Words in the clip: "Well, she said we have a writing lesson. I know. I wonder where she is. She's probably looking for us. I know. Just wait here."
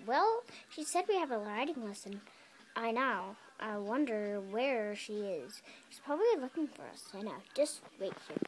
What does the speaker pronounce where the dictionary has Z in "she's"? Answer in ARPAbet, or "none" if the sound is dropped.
S